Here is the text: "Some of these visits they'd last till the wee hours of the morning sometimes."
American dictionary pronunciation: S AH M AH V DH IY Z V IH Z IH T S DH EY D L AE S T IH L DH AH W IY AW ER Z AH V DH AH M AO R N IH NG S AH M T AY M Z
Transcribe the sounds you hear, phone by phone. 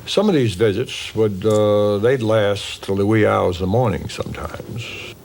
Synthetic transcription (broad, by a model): S AH M AH V DH IY Z V IH Z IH T S DH EY D L AE S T L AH IY AW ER Z DH AH M AO R N IH NG S AH M T AY M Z